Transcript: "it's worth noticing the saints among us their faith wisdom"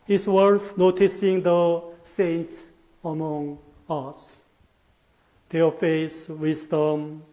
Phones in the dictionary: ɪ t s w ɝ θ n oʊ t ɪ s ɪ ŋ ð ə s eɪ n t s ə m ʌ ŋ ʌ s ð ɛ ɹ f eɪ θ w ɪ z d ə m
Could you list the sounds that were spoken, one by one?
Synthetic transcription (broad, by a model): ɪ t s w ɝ s n oʊ t ɪ s ɪ ŋ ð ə s eɪ n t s ə m ʌ ŋ ʌ s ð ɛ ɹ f eɪ s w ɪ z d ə m